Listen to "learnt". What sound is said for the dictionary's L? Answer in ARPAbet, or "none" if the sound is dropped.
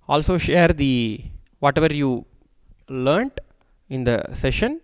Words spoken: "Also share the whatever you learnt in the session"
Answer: L